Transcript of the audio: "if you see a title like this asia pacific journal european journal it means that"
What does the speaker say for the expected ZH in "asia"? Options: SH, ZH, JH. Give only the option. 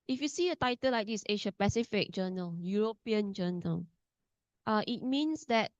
SH